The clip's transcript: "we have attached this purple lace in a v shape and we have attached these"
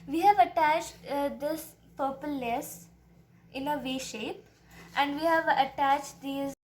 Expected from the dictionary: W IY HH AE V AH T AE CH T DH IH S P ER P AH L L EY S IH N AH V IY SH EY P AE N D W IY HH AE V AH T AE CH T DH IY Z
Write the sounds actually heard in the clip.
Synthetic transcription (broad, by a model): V IY HH AE V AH T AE CH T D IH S P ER P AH L N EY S IH N AH V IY SH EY P AE N D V IY HH AE V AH T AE CH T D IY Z